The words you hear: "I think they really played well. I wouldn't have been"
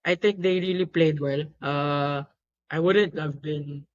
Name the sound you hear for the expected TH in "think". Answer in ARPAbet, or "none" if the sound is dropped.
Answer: T